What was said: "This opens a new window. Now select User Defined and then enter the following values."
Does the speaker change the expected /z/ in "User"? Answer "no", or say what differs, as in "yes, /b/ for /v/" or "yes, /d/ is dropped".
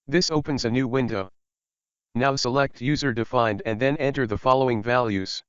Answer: no